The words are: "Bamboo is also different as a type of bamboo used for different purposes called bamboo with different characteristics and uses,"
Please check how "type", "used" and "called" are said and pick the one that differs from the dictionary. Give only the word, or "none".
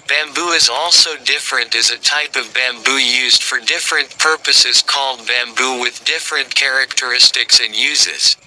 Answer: none